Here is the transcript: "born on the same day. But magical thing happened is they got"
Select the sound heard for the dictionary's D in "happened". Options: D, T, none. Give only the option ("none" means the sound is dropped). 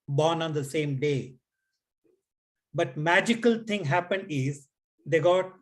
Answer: D